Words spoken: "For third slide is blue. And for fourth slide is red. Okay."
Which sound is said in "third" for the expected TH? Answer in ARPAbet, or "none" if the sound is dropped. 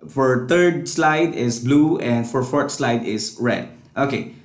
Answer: T